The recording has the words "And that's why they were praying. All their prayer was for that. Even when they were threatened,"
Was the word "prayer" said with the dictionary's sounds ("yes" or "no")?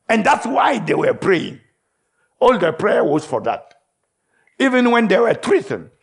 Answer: yes